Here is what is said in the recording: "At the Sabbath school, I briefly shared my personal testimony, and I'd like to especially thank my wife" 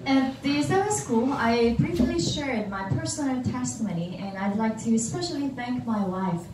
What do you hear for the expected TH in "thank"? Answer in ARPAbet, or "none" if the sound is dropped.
TH